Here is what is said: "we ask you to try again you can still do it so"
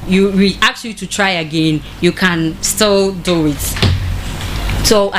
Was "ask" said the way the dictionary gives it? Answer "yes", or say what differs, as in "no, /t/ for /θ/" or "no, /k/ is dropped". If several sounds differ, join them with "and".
no, /s/ is dropped